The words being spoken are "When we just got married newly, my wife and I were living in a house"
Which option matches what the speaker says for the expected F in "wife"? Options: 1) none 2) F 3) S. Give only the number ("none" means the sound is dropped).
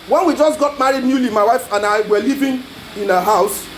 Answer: 2